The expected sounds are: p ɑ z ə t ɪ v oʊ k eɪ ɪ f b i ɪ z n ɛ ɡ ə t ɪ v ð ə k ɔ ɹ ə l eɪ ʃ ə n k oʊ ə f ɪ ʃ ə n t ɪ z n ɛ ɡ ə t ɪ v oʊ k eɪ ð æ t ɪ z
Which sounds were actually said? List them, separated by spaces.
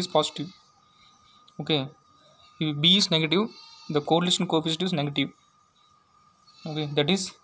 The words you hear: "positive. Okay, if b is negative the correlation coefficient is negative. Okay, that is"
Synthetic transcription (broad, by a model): p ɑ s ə t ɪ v oʊ k eɪ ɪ b i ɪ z n ɛ ɡ ə t ɪ v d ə k ɔ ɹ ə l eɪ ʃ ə n k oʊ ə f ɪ s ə t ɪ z n ɛ ɡ ə t ɪ v oʊ k eɪ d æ t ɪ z